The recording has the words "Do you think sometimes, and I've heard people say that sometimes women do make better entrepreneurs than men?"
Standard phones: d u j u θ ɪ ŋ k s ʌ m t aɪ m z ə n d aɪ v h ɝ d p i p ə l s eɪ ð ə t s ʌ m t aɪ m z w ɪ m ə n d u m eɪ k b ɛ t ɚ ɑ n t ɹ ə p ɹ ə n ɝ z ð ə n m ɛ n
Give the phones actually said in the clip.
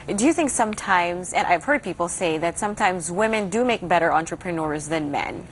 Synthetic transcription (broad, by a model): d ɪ j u θ ɪ ŋ k s ʌ m t aɪ m z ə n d aɪ v h ɝ d p i p l s eɪ ð ə t s ʌ m t aɪ m z w ɪ m ə n d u m eɪ k b ɛ t ɚ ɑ n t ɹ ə p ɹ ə n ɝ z ð ə n m ɛ n